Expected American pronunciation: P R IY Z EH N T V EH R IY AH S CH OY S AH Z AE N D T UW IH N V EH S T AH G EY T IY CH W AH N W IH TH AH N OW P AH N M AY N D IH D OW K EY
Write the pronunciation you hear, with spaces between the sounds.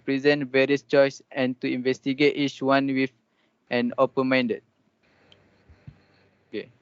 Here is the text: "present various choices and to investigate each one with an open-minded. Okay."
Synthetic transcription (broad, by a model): P R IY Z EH N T V EH R IY AH S CH OY S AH N T UW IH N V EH S T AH G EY T IY CH W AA N W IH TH AH N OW P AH M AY N D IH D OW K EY